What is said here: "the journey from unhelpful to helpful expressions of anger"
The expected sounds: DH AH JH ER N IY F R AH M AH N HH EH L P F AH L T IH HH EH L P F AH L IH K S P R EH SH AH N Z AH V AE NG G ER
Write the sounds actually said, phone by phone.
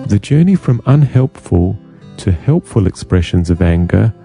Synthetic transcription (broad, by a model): DH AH JH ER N IY F R AH M AH N HH EH L P F AH L T IH HH EH L P F AH L IH K S P R EH SH AH N Z AH V AE NG G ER